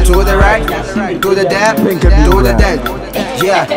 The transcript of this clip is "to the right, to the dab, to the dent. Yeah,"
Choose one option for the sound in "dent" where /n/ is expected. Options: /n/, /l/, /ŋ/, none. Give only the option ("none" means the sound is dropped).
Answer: none